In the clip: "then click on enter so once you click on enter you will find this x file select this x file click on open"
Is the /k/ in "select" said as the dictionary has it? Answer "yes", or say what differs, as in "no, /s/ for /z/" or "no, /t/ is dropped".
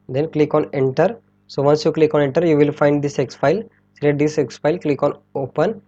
no, /k/ is dropped